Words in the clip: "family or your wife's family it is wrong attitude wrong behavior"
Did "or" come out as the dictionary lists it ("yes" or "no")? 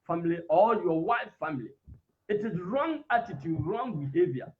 no